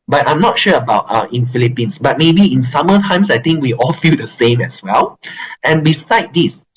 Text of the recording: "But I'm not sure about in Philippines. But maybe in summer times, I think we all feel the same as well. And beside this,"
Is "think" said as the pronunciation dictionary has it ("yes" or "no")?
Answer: no